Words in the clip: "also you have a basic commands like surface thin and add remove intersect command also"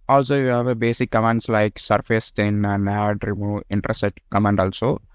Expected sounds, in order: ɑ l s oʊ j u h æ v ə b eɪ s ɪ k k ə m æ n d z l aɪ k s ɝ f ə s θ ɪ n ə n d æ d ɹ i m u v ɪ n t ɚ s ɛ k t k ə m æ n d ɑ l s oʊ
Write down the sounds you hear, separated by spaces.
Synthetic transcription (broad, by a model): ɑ l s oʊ j u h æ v ə b eɪ s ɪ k k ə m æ n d s l aɪ k s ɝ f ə s t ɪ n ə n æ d ɹ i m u ɪ n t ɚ s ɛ t k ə m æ n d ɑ l s oʊ